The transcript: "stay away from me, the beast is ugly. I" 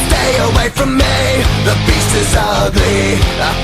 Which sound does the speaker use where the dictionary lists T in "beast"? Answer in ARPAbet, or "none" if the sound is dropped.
none